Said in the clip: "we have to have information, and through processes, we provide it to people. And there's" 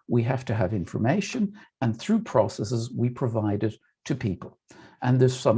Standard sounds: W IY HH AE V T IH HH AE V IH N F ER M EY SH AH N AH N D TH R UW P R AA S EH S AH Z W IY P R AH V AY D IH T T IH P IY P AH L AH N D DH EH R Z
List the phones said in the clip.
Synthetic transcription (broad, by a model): W IY HH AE F T IH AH V IH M F ER M EY SH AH N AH N TH R UW P R AA S EH S AH Z W IY P R AH V AY D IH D T IH P IY P AH L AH N DH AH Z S